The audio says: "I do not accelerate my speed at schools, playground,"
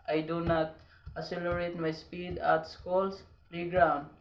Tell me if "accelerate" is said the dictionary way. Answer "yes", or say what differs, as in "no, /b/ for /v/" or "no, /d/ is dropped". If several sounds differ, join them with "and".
no, /k/ is dropped